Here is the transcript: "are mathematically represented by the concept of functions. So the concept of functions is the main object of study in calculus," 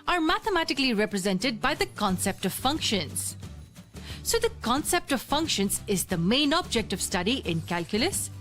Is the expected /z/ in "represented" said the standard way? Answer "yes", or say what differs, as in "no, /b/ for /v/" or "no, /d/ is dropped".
yes